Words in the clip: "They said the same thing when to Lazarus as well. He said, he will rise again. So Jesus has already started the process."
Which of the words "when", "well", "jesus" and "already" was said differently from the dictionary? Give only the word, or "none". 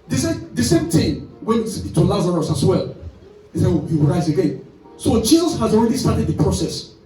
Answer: jesus